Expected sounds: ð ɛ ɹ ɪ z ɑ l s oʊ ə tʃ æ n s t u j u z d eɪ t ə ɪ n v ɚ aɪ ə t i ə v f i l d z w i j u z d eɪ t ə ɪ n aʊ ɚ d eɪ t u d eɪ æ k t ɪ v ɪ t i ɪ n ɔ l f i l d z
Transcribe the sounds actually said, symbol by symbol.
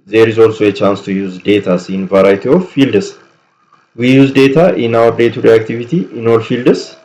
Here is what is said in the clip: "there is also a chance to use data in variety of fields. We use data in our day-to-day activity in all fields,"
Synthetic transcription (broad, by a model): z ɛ ɹ ɪ z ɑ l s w ə tʃ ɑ n s t u j u z d eɪ t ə ɪ n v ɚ aɪ t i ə f f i l d s w i j u z d eɪ t ə ɪ n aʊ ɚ d eɪ t u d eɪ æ k t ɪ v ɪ t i ɪ n ɔ l f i l d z